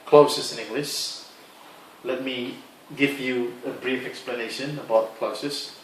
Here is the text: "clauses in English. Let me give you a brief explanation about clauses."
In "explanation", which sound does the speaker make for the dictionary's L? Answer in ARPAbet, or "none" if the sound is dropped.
L